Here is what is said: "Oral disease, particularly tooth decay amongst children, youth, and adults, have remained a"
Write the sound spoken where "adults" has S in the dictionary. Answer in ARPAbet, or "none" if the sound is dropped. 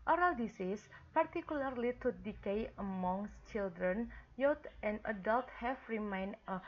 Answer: none